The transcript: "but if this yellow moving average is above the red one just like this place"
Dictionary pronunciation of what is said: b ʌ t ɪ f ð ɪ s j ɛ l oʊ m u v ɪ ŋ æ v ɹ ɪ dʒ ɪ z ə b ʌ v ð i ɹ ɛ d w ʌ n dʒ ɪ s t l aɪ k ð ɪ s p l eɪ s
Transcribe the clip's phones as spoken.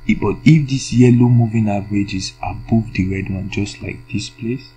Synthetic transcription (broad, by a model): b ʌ t ɪ f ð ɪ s j ɛ l oʊ m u v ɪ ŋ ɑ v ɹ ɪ dʒ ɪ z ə b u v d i ɹ ɛ d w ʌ n dʒ ɪ s t l aɪ k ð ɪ s p l eɪ s